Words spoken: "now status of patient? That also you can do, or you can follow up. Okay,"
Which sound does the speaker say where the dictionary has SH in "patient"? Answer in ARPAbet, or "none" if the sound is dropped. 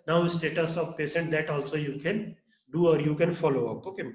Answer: S